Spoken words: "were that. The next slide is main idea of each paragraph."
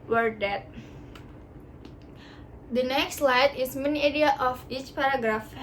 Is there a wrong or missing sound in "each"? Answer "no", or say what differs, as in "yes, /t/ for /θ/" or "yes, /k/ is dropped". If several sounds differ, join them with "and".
no